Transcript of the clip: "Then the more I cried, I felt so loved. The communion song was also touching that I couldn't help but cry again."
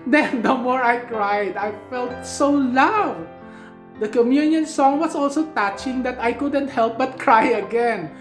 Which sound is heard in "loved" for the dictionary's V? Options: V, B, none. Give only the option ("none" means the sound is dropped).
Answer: none